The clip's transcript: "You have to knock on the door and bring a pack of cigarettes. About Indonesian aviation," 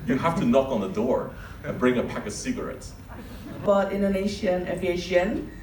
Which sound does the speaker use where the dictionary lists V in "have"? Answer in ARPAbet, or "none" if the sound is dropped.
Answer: F